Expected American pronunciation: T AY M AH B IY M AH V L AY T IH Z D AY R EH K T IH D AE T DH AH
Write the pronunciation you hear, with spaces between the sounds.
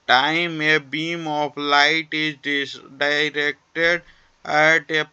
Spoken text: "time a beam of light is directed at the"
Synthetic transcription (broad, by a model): T AY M AH B IY M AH P L AY T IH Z D AY R EH K T IH D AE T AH